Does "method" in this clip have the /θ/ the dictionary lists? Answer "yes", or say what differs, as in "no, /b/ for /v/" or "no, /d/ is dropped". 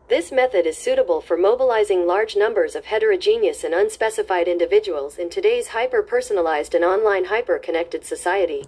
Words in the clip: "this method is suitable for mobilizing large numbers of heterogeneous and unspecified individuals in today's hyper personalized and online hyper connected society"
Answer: yes